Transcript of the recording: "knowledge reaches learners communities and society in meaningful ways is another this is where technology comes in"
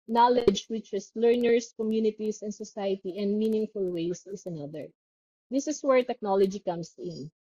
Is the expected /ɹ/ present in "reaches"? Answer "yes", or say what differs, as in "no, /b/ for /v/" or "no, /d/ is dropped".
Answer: no, /w/ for /ɹ/